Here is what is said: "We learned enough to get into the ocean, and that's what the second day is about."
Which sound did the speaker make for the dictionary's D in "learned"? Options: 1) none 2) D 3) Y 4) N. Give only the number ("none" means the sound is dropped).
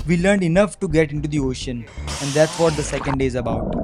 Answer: 2